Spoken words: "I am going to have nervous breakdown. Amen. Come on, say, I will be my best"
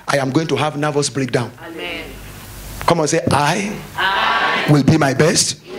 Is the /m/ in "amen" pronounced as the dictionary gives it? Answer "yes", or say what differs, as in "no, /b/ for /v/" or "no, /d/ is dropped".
no, /m/ is dropped